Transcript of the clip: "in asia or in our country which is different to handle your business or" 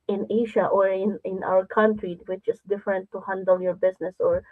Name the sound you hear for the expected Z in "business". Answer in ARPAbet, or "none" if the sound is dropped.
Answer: S